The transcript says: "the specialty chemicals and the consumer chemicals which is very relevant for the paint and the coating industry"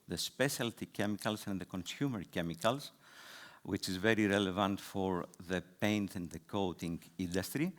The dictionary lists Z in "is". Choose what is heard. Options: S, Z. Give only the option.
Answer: Z